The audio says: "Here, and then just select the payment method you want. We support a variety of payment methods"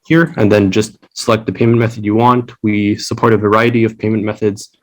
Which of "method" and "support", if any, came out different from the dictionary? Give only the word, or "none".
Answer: none